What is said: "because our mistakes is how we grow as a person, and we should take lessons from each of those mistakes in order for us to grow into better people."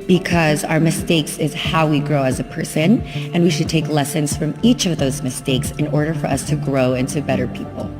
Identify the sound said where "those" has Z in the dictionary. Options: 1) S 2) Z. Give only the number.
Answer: 2